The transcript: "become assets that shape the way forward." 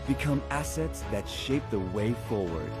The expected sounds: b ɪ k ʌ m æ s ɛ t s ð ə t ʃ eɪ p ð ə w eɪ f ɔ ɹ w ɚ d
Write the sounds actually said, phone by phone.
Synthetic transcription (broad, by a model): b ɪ k ʌ m æ s ɛ t s ð ə t ʃ eɪ p ð ə w eɪ f ɔ ɹ w ɚ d